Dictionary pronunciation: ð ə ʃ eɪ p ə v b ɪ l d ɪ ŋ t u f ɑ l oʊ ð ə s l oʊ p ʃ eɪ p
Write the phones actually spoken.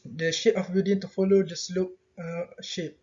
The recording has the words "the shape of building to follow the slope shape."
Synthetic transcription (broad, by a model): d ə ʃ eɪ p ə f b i d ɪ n t u f ɑ l oʊ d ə s l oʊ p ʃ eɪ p